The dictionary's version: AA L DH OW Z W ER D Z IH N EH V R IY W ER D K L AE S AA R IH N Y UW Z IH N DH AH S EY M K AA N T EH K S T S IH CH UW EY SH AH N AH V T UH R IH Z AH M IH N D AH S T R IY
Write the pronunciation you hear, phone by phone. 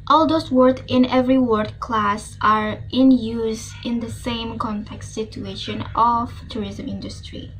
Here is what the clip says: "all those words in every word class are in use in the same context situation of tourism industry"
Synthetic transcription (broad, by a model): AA L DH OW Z W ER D IH N EH V R IY W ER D K L AE S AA R IH N Y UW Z IH N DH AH S EY M K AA N T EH K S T S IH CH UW EY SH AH N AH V T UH R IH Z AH M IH N D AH S T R IY